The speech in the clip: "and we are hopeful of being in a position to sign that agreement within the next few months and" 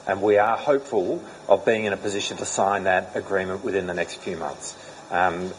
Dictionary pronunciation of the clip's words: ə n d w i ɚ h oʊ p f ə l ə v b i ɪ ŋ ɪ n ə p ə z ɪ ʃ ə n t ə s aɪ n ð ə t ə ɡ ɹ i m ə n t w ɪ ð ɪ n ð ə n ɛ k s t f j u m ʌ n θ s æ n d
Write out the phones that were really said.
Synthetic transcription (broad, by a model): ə n w i ɚ h oʊ p f ə l ə v b i ɪ ŋ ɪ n ə p ə z ɪ ʃ ə n t ə s aɪ n ð ə t ə ɡ ɹ i m ə n t w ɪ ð ɪ n ð ə n ɛ k s t f j u m ʌ n θ s